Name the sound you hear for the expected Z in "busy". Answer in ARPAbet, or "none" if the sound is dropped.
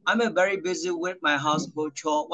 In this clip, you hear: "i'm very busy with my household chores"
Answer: Z